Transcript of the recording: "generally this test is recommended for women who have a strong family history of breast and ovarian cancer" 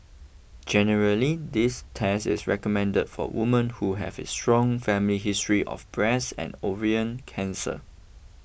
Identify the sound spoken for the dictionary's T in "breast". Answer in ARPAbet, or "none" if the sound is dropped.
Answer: none